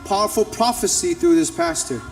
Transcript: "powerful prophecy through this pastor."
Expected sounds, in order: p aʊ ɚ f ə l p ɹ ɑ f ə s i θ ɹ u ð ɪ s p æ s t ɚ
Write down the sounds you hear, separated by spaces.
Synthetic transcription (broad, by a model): p aʊ ɚ f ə l p ɹ ɑ f ə s i θ ɹ u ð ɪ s p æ s t ɚ